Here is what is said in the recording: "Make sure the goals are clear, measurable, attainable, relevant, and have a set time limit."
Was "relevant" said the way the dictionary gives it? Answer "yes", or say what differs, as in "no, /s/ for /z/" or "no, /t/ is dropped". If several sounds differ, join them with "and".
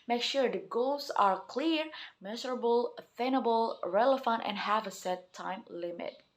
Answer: no, /f/ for /v/